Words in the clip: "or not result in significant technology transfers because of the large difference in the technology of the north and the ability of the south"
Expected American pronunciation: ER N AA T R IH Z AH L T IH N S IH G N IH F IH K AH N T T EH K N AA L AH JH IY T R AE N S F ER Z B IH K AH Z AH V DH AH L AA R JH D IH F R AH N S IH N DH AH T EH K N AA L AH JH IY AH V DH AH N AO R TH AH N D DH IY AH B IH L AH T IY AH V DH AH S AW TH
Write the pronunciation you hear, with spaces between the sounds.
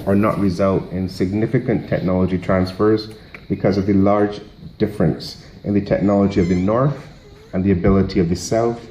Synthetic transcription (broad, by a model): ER N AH T R IH Z AH L T IH N S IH G N IH F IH K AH N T T EH K N AA L AH JH IY T R AE N S F ER Z B IH K AH Z AH V DH AH L AA R JH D IH F R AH N S IH N DH AH T EH K N AA L AH JH IY AH V DH AH N AO R TH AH N DH IY AH B IH L AH T IY AH V DH AH S AW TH